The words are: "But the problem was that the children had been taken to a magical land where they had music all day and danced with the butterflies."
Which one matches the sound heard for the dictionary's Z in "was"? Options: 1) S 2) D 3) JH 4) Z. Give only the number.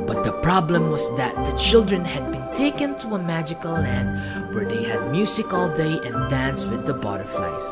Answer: 1